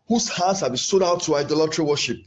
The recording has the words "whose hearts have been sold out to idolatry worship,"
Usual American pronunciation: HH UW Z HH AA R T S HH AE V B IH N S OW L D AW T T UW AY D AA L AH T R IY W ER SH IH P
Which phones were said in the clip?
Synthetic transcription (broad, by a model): HH UW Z HH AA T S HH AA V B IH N S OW D AW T T UW AY D AA L AH T R IY W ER SH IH P